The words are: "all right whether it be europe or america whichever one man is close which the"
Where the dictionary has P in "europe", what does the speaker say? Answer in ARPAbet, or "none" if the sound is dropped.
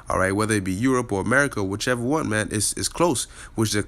P